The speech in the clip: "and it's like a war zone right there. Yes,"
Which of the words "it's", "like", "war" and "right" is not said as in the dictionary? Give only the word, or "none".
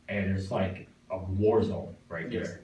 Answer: none